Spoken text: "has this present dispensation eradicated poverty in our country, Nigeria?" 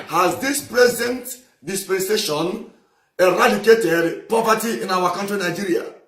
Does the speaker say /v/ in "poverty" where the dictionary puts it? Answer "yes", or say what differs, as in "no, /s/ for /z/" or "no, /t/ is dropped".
no, /p/ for /v/